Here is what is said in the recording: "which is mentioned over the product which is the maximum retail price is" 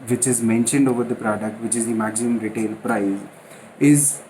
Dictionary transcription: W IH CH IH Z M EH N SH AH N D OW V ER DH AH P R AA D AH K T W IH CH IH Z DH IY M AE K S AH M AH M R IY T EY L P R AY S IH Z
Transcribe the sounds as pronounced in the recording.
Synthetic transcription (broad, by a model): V IH CH IH Z M EH N SH AH N D OW V ER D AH P R AA D AH K T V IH CH IH Z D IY M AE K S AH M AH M R IY T EY L P R AY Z IH Z